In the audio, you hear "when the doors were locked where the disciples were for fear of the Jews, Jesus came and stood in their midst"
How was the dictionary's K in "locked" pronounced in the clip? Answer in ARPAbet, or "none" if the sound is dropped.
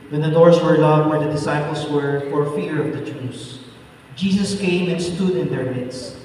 none